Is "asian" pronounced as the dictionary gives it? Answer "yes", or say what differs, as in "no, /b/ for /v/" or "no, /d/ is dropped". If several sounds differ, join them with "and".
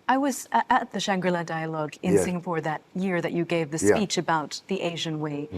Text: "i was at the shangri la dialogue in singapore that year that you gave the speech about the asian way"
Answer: yes